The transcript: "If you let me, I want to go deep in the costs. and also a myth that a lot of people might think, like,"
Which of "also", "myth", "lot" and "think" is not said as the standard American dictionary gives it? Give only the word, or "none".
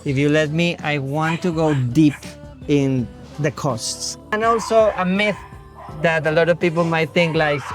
none